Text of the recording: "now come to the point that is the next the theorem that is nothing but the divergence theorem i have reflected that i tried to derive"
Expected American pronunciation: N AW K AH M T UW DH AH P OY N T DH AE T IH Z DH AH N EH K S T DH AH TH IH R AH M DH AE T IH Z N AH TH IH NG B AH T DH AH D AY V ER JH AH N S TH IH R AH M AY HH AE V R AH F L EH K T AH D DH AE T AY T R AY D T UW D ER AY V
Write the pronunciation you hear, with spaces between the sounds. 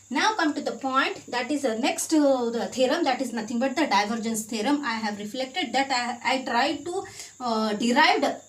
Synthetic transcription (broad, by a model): N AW K AH M T UW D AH P OY N T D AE T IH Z N EH K S T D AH T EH R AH M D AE T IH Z N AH T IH NG B AH T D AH D AY V ER JH AH N S T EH R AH M AY HH AE V R AH F L EH K T AH D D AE T AY T R AY D T UW D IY AY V